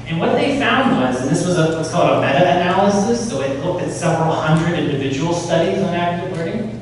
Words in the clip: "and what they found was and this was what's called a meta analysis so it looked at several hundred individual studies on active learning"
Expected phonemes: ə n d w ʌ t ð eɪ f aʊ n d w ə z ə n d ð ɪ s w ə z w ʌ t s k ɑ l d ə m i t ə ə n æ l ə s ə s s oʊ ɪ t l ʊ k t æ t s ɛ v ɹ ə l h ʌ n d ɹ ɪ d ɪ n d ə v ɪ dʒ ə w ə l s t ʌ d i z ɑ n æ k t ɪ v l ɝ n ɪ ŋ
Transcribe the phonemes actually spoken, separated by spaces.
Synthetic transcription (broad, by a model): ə n w ʌ t ð eɪ f aʊ n d w ə z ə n ð ɪ s w ə z w ʌ t s k ɑ l d ə m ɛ t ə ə n æ l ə s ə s s oʊ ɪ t l ʊ k t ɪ t s ɛ v ɹ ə l h ʌ n d ɹ ɪ d ɪ n d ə v ɪ dʒ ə w l s t ʌ d i z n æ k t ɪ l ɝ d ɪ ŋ